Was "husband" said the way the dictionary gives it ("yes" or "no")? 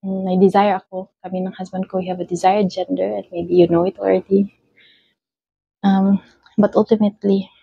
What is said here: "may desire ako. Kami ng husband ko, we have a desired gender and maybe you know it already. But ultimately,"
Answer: no